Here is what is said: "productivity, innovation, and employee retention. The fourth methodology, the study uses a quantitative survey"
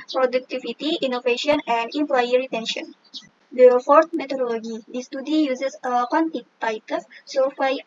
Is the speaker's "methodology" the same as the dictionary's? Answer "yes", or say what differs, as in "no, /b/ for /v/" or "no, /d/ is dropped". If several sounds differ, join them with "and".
no, /t/ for /θ/